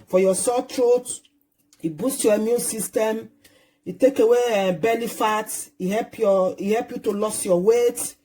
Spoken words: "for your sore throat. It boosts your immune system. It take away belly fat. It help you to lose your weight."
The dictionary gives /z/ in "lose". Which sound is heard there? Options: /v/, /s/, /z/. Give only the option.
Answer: /s/